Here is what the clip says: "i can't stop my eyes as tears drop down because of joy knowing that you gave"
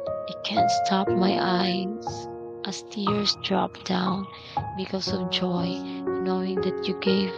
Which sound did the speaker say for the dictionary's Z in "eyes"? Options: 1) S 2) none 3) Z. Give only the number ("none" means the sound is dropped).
1